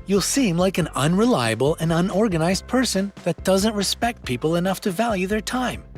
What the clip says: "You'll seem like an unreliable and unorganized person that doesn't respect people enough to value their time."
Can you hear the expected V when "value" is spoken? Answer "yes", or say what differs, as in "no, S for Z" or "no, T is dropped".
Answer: yes